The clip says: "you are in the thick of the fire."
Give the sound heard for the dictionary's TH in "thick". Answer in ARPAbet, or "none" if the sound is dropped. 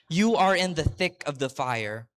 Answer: TH